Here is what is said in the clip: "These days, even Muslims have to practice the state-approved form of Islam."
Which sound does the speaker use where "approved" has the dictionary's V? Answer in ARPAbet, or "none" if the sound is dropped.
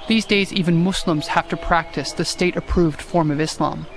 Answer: V